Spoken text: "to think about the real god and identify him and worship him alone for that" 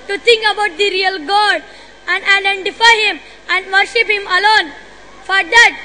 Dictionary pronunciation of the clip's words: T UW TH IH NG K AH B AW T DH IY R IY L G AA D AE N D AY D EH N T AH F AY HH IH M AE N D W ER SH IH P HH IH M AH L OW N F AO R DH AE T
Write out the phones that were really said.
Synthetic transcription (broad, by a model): T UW T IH NG K AH B AW T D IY R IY L G AA D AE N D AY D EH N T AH F AY HH IH M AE N D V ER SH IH P HH IH M AH L OW N F AO R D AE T